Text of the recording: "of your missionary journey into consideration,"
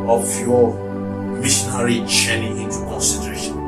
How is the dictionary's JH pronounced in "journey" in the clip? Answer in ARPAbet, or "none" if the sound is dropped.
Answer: CH